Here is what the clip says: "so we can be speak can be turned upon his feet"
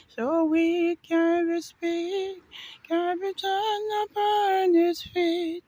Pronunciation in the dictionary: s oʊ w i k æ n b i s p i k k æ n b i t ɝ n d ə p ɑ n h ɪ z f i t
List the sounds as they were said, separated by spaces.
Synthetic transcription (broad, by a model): s oʊ w i k æ n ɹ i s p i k k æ n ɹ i t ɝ n ə p ɑ n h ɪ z f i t